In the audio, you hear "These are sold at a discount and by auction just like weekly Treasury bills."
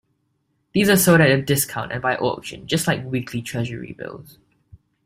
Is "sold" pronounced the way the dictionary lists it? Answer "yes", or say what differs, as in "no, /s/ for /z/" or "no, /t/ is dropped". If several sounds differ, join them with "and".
no, /l/ is dropped